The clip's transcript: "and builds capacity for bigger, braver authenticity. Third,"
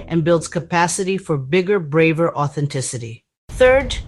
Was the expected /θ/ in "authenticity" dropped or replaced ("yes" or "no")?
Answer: no